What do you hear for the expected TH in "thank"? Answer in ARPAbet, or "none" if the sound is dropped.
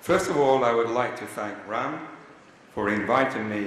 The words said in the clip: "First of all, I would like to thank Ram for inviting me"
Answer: TH